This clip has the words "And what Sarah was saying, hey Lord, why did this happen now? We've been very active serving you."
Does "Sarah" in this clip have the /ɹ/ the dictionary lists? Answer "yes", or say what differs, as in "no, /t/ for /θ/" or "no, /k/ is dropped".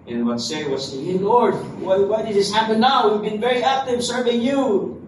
no, /ɹ/ is dropped